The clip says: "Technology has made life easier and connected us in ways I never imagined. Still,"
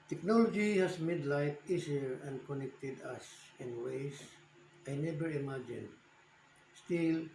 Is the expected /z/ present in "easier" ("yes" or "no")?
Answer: no